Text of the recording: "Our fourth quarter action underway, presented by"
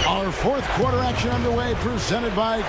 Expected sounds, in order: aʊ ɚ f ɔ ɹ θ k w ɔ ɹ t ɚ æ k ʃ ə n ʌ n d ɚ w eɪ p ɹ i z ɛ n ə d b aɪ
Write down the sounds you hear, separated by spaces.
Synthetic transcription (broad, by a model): aʊ ɚ f ɔ ɹ θ k w ɔ ɹ t ɚ æ k ʃ ə n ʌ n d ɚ w eɪ p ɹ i z ɛ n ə d b aɪ